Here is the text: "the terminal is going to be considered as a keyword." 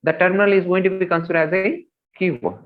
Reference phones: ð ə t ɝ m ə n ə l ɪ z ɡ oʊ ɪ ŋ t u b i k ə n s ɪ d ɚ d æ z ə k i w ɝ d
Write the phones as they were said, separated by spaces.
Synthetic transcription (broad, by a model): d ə t ɝ m ə n ə l ɪ z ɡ oʊ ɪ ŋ t u b i k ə n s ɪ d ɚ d æ z ə k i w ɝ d